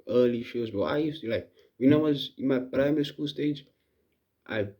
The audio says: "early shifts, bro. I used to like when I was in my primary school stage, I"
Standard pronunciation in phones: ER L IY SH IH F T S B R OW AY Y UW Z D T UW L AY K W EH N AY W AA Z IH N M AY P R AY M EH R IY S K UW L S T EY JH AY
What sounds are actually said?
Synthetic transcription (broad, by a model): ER L IY SH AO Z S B OW AY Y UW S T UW L AY K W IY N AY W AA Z IH N M AY P R AY M EH R IY S K UW L S T EY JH AY